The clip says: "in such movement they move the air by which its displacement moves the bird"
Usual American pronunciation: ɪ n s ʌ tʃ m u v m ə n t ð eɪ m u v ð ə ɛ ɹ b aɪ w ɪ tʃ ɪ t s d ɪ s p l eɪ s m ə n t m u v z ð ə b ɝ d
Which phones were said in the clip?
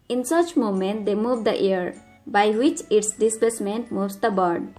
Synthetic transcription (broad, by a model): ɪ n s ʌ tʃ m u m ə n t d eɪ m u v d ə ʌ ɹ b aɪ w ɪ tʃ ɪ t s d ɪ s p eɪ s m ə n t m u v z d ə b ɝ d